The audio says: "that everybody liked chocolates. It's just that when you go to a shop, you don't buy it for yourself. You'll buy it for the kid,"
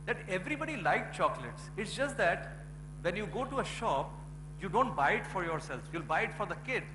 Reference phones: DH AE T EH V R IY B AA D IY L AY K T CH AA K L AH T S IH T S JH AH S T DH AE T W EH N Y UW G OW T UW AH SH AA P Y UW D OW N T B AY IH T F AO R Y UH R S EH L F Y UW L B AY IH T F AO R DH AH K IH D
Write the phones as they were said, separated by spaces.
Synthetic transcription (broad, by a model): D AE T EH V R IY B AA D IY L AY K CH AA K L AH T S IH T S JH AH S T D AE T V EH N Y UW G OW T UW AH SH AA P Y UW D OW N T B AY IH T F AO R Y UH R S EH L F Y UW L B AY IH T F AO R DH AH K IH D